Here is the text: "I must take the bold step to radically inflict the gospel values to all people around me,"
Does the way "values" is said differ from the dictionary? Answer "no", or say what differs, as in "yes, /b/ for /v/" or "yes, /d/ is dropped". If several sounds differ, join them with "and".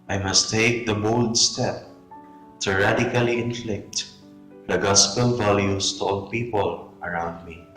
yes, /s/ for /z/